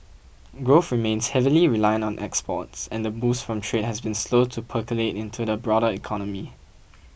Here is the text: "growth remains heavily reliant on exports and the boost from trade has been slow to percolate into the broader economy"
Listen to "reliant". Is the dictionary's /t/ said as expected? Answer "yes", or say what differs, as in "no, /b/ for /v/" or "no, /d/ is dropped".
no, /t/ is dropped